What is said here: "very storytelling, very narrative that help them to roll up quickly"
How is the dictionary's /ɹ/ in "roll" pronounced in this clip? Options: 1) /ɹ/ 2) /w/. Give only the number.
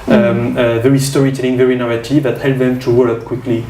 2